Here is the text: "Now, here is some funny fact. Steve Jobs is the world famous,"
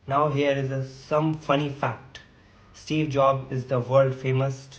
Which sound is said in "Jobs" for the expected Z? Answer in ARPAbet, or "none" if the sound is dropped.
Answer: none